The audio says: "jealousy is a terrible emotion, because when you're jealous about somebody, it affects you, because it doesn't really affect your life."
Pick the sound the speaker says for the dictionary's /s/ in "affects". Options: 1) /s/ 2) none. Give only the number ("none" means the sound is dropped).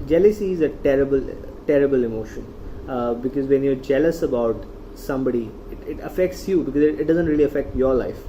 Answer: 1